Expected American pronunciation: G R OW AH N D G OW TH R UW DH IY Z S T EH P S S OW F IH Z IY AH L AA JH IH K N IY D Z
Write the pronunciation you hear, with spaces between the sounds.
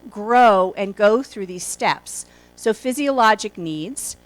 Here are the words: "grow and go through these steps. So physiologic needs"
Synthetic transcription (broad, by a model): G R OW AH N G OW TH R UW DH IY Z S T EH P S S OW F IH Z IY AH L AA JH IH K N IY D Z